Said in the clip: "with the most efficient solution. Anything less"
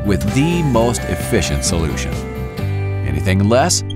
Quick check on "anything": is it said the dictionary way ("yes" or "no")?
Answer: yes